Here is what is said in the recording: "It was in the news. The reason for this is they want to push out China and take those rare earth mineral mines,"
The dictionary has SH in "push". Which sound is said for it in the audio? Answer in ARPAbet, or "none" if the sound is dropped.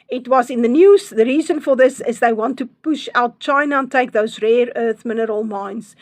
SH